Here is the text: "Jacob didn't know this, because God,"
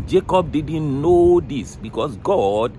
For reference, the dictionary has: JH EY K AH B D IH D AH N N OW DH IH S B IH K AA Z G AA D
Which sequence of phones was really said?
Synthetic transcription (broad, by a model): JH EY K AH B D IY D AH N N OW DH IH S B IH K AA S G AA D